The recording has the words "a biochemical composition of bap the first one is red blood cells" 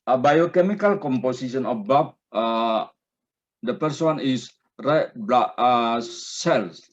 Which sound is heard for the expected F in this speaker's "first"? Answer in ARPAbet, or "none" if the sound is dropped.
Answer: P